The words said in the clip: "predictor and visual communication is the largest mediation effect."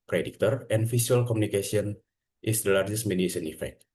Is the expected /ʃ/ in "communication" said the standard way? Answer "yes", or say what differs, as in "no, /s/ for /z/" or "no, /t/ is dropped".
no, /s/ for /ʃ/